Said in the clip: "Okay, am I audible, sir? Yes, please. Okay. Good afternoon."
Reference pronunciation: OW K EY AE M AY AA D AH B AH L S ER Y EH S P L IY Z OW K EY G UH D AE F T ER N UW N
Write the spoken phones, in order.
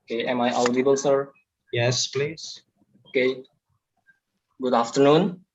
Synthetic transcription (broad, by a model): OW K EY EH M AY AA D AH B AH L S ER Y EH S P L IY Z OW K EY G UH D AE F T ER N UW N